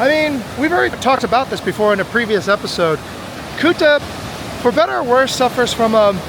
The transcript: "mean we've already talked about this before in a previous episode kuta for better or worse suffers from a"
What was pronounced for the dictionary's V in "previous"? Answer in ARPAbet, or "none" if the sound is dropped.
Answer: V